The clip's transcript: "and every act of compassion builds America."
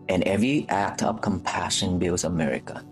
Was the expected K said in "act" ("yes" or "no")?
yes